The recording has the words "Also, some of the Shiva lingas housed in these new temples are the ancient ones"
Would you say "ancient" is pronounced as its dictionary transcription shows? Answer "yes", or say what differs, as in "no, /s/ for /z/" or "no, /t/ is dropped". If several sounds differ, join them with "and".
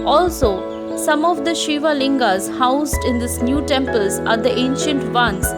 yes